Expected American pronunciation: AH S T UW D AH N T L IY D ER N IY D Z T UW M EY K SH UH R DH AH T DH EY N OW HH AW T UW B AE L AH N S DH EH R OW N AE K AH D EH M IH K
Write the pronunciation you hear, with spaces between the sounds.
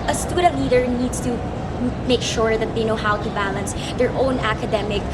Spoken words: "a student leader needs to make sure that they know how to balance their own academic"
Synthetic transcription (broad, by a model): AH S T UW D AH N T L IY D ER N IY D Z T UW M EY K SH UH R DH AH T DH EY N OW HH AW T UW B AE L AH N S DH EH R OW N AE K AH D EH M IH K